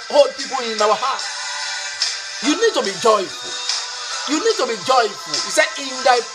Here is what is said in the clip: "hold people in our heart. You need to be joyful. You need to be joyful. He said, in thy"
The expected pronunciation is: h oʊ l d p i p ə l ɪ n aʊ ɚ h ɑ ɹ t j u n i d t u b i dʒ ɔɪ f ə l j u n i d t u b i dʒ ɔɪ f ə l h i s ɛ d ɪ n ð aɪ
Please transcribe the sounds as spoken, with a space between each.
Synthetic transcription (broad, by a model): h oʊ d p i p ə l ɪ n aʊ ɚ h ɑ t j u n i d t u b i dʒ ɔɪ f ə l j u n i d t u b i dʒ ɔɪ f ə l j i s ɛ ɪ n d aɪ